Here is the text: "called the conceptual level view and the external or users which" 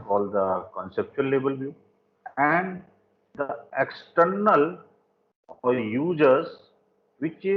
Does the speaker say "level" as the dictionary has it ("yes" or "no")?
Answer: no